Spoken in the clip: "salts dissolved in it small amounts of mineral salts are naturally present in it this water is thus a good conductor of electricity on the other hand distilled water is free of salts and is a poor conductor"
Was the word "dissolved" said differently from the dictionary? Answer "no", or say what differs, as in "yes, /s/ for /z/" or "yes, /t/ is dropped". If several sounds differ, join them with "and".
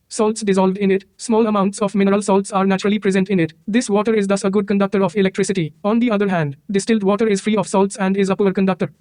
no